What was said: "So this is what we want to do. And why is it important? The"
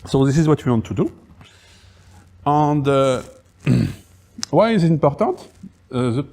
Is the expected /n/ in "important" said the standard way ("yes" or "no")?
no